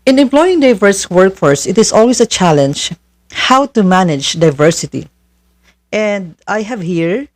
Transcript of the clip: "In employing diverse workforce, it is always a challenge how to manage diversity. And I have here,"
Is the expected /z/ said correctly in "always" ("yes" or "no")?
no